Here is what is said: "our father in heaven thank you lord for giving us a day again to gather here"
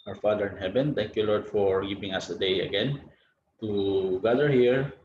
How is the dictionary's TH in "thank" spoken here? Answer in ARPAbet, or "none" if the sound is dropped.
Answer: T